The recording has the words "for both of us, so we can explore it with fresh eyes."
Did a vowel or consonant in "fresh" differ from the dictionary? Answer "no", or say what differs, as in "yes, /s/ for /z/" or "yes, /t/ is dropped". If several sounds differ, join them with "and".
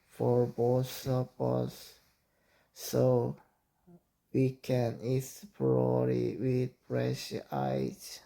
yes, /p/ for /f/